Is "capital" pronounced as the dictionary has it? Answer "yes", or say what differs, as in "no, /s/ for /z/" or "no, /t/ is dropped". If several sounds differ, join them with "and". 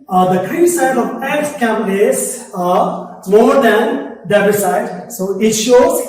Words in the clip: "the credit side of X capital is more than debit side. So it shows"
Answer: no, /p/ is dropped